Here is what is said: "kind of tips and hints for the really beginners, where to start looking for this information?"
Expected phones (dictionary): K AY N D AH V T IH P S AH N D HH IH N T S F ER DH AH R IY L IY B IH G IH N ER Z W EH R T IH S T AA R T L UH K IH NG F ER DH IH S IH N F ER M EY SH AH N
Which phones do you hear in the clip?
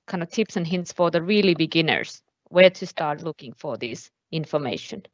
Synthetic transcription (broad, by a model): K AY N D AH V T IH P S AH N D HH IH N T S F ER DH AH R IY L IY B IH G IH N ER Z W EH R T IH S T AA R T L UH K IH NG F ER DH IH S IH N F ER M EY SH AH N